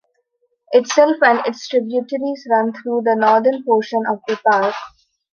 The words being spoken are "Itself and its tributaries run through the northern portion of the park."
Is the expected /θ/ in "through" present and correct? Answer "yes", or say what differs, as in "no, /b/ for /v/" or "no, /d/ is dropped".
no, /t/ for /θ/